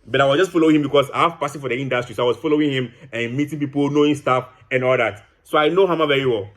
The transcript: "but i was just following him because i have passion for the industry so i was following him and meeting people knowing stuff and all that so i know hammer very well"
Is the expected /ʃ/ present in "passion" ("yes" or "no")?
no